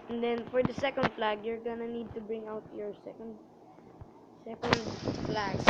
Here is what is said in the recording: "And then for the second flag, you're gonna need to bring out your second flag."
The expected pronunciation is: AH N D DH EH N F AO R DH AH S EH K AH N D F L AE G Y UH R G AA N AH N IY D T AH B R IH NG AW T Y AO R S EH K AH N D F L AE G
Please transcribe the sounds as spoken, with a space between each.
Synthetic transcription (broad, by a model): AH N D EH N F AO R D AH S EH K AH N D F L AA G Y UH R G AA N AH N IY D T AH B R IH NG AW T Y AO R S EH K AH N D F L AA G